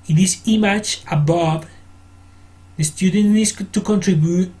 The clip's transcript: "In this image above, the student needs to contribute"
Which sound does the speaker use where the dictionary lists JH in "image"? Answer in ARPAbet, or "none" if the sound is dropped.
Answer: CH